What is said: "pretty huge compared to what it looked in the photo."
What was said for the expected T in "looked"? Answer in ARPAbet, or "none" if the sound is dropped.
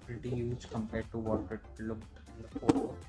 none